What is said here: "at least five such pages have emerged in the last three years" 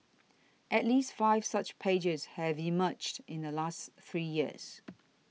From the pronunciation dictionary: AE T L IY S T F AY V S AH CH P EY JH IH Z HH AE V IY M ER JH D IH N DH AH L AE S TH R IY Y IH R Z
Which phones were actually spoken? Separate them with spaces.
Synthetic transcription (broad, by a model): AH T L IY S T F AY V S AH CH P EY JH IH Z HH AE V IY M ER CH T IH N DH AH L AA S TH R IY Y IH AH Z